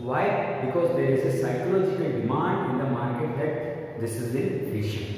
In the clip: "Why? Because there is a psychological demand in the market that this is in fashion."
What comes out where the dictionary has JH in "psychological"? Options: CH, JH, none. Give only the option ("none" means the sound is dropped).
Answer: CH